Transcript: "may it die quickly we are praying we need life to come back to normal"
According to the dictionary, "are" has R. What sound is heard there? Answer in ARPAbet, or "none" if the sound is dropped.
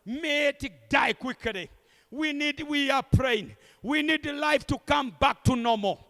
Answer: W